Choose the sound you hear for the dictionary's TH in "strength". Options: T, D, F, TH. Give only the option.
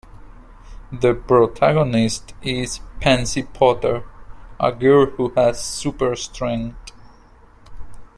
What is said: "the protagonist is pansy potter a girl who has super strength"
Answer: T